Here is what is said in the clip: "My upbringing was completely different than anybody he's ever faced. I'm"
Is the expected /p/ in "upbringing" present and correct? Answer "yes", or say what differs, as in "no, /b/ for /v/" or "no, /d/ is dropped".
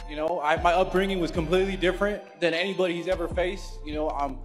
yes